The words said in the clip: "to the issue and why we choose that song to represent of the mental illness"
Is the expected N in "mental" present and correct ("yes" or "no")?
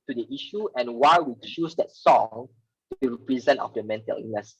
yes